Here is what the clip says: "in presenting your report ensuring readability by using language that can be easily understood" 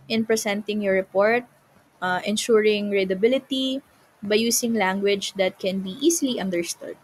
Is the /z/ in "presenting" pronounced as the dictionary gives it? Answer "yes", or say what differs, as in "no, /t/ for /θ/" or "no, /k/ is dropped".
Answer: no, /s/ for /z/